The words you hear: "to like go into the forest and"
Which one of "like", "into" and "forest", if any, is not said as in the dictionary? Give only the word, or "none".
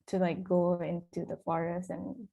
forest